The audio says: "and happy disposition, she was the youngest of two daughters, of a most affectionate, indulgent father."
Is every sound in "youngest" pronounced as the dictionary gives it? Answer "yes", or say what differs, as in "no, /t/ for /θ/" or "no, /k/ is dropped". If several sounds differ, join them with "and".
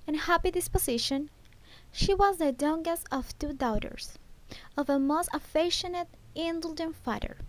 no, /t/ is dropped